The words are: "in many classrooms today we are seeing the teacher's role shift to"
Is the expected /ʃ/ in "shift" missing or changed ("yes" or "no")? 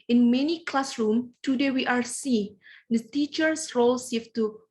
yes